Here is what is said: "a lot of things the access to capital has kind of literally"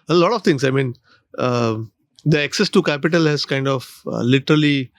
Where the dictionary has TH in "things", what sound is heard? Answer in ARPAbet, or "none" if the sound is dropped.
T